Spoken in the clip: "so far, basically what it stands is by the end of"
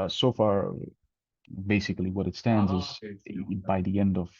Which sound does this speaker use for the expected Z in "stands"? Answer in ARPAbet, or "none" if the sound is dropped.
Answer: Z